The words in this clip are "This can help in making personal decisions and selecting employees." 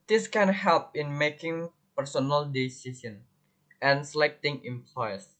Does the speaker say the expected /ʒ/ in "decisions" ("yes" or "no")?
no